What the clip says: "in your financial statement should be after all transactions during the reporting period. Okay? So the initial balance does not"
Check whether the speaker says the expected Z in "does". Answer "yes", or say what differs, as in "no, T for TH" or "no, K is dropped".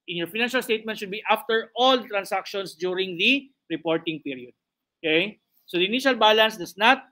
no, S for Z